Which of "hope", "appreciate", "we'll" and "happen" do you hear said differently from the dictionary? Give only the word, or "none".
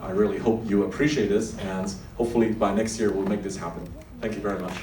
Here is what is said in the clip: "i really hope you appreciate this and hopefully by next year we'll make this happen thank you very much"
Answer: none